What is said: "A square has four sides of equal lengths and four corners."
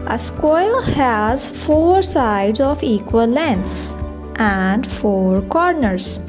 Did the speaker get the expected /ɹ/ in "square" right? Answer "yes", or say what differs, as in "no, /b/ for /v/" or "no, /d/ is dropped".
no, /l/ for /ɹ/